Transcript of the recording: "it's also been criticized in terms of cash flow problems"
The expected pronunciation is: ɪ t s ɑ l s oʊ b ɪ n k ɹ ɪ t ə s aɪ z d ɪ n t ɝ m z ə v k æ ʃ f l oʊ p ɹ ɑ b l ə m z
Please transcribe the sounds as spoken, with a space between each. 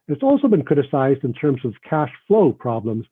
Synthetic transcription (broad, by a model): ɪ t s ɑ l s oʊ b ɪ n k ɹ ɪ t ə s aɪ z d ɪ n t ɝ m z ə v k æ ʃ f l oʊ p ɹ ɑ b l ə m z